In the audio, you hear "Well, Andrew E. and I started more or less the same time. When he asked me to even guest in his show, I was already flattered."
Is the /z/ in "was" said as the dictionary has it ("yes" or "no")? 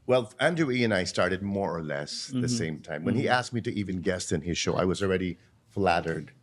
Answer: yes